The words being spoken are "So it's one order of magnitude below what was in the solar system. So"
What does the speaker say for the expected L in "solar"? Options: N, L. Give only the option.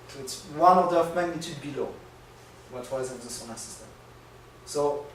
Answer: N